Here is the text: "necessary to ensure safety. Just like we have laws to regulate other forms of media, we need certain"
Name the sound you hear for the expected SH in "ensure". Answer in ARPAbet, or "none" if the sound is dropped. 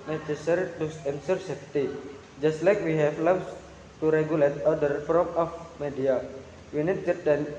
S